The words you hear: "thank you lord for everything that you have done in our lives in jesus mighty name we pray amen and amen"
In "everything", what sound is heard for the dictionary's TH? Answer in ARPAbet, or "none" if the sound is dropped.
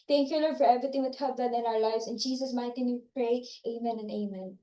T